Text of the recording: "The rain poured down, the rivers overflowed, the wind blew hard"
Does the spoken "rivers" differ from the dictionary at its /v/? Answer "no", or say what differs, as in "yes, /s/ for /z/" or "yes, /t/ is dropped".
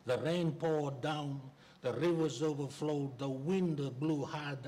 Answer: no